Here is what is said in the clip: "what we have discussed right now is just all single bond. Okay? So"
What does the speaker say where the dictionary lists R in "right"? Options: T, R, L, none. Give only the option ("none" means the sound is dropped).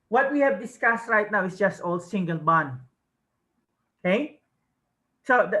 R